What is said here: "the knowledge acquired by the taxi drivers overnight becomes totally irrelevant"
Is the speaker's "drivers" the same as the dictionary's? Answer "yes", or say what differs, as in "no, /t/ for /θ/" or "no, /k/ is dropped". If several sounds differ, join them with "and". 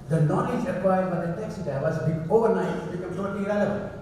no, /ɹ/ is dropped